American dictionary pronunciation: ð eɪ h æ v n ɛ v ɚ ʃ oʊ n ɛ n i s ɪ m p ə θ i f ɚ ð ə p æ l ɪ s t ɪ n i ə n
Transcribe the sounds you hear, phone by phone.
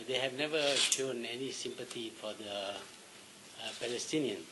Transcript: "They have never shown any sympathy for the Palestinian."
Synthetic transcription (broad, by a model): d eɪ h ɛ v n ɛ v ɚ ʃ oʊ n ɛ n i s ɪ m p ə t i f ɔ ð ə p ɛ l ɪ s t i n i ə n